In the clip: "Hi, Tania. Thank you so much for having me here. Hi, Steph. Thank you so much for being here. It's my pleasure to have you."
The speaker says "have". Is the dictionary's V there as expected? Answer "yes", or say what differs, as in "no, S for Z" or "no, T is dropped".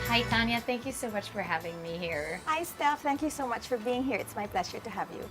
yes